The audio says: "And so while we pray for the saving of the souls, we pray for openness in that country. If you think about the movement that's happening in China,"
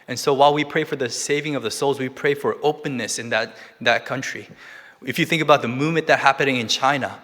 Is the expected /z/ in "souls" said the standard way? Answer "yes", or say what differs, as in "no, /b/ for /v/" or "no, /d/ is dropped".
yes